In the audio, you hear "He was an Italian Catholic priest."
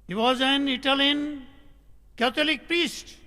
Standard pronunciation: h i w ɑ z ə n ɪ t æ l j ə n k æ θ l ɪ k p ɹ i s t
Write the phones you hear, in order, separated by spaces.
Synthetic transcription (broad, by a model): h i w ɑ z ə n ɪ t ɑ l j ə n k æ t l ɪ k p ɹ i s t